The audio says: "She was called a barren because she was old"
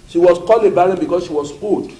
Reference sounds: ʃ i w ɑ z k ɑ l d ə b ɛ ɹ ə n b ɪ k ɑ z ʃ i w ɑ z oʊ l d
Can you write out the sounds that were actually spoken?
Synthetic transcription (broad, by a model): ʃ i w ɑ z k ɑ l ə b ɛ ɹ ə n b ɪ k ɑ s ʃ i w ɑ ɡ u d